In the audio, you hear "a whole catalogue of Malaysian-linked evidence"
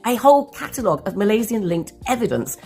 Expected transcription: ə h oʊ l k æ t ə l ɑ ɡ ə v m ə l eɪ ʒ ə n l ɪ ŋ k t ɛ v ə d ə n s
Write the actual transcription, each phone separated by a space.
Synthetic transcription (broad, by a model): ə h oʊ l k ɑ t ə l ɑ ɡ ə v m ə l eɪ z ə n l ɪ ŋ k t ɛ v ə d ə n s